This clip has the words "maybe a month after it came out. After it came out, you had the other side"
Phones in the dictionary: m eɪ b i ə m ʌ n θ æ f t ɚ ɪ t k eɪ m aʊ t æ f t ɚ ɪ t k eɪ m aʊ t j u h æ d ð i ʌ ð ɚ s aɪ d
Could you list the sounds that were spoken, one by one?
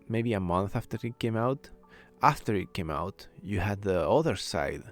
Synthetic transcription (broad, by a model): m eɪ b i ə m ʌ n θ æ f t ɚ ɪ t k eɪ m aʊ t æ f t ɚ ɪ t k eɪ m aʊ t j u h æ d ð i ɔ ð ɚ s aɪ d